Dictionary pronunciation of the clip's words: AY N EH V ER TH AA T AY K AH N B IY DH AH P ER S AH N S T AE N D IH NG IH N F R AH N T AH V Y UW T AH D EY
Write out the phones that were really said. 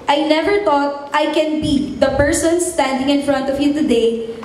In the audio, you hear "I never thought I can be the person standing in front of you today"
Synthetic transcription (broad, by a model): AY N EH V ER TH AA T AY K AH N B IY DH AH P ER S AH N S T AE N D IH NG IH N F R AH N T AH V Y UW T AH D EY